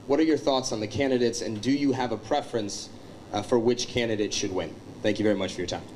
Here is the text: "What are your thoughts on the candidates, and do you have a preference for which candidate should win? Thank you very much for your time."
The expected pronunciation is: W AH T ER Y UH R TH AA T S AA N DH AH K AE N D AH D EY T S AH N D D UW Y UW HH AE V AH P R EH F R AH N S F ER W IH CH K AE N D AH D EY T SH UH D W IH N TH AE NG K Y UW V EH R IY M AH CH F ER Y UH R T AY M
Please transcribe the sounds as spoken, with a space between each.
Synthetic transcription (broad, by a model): W AH T ER Y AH R TH AA T S N DH AH K AE N D AH D EY T S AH N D D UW Y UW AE V AH P R EH F R AH N S F ER W IH CH K AE N D AH D EY T SH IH D W IH N TH AE NG K Y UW V EH R IY M AH CH F ER Y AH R T AY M